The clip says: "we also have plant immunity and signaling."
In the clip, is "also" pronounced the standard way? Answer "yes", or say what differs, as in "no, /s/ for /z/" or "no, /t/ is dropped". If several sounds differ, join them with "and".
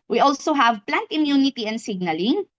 yes